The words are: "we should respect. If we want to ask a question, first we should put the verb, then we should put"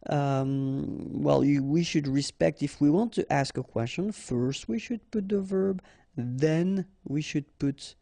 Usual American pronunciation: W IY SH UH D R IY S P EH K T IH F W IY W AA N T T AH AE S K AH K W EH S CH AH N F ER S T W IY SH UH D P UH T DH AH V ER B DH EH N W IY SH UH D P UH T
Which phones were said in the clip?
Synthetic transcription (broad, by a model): W IY SH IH D R IY S P EH K T IH F W IY W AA N T T AE S K AH K W EH S CH AH N F ER S T W IY SH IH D P UH T DH AH V ER B DH EH N W IY SH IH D P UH T